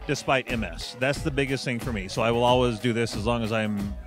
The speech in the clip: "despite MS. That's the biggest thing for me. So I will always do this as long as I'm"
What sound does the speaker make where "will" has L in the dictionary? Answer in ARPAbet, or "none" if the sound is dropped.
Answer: L